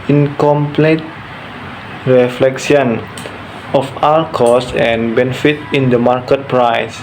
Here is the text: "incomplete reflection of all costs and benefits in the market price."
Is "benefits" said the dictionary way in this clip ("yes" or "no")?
no